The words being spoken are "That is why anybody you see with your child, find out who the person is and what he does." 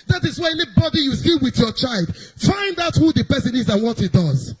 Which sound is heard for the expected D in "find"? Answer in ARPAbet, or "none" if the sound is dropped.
D